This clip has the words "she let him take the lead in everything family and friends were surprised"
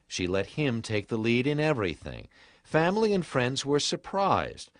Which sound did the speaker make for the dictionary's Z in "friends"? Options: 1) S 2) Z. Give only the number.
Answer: 2